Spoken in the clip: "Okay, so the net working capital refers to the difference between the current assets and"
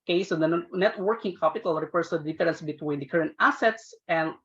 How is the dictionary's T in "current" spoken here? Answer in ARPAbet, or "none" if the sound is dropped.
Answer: T